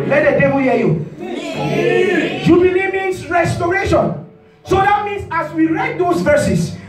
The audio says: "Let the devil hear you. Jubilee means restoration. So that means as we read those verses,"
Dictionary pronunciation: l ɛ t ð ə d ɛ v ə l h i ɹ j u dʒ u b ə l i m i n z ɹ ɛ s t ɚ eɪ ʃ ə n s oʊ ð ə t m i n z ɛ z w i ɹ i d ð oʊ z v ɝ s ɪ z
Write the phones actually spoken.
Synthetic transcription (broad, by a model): l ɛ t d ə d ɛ b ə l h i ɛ j u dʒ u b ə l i m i n s ɹ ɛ s t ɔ eɪ ʃ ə n s oʊ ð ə t m i n s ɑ s w i ɹ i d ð oʊ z v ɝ s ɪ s